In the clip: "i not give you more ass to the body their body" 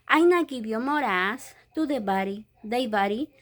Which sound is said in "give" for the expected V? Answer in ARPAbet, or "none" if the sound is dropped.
B